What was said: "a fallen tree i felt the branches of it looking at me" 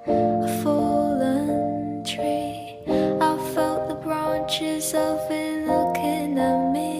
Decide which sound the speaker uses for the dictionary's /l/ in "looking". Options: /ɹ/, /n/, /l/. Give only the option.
/n/